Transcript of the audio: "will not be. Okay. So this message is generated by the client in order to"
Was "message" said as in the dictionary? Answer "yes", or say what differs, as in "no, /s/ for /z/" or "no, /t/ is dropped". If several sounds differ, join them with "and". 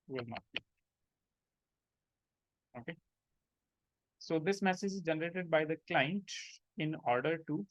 yes